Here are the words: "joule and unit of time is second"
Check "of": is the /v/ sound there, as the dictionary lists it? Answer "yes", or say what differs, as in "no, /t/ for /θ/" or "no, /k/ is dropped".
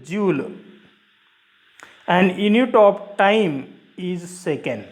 no, /p/ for /v/